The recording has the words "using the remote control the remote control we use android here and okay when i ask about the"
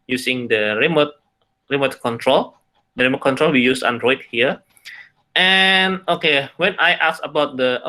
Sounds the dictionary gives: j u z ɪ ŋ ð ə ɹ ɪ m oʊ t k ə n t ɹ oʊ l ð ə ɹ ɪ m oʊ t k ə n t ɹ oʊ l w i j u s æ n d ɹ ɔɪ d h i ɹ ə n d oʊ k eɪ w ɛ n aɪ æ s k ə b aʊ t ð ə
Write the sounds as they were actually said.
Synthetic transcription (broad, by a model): j u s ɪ ŋ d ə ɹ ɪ m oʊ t k ə n t ɹ oʊ l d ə ɹ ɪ m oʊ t k ə n t ɹ oʊ l w i j u s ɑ n d ɹ ɔɪ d h i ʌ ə n oʊ k eɪ w ɛ n aɪ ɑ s ə b aʊ t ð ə